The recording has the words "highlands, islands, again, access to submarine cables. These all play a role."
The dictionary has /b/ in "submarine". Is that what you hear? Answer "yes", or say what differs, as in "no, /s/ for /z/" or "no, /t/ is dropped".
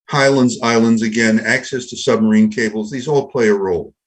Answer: yes